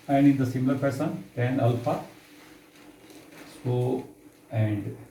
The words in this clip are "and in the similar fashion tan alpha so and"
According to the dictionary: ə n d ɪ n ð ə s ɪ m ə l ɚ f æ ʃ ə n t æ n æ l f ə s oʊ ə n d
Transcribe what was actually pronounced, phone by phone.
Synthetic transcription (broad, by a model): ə n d ɪ n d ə s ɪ m l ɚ p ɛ s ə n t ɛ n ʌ l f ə s oʊ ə n d